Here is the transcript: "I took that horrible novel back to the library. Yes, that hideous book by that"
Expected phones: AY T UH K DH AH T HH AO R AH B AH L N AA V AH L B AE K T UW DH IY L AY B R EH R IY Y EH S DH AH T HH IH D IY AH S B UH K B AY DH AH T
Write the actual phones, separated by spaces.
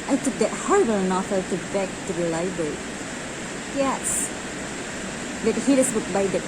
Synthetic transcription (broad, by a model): AY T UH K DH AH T HH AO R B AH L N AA F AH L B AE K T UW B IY L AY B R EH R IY Y EH S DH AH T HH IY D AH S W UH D B AY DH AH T